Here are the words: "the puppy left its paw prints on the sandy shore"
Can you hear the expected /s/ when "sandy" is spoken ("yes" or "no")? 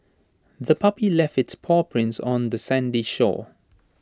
yes